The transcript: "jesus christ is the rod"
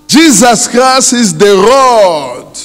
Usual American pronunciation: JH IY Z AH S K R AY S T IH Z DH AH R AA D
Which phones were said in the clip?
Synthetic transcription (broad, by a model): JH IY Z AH S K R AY S IH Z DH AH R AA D